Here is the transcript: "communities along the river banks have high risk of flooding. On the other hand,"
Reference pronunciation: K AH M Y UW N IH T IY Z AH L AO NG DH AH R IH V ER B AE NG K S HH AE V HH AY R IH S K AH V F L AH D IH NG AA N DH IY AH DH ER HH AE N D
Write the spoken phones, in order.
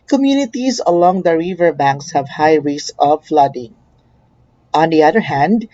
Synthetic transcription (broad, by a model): K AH M Y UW N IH T IY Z AH L AO NG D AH R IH V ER B AE NG K S HH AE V HH AY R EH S AH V F L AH D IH NG AA N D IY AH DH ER HH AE N D